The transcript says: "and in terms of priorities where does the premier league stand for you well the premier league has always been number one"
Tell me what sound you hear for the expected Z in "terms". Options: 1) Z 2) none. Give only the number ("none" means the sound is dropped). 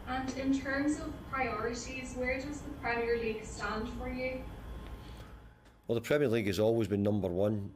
1